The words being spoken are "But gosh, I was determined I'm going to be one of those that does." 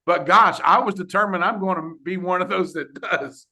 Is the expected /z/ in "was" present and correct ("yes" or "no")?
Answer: yes